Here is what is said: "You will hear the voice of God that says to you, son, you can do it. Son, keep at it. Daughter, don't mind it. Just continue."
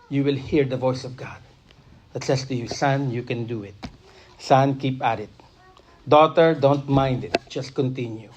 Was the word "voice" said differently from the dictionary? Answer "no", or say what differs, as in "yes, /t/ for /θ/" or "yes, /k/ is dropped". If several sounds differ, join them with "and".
no